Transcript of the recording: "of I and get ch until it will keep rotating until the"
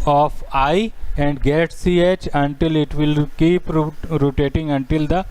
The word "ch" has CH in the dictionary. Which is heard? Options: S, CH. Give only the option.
CH